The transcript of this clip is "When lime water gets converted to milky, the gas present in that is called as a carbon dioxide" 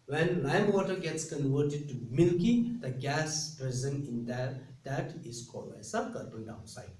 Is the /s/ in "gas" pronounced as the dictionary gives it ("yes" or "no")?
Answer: yes